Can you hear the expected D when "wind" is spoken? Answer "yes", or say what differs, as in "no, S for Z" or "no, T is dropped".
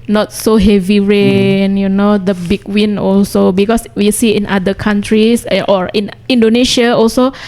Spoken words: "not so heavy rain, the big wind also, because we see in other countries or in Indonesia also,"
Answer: no, D is dropped